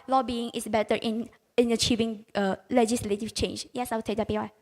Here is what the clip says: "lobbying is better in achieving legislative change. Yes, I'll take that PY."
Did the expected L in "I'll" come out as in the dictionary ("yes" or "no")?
no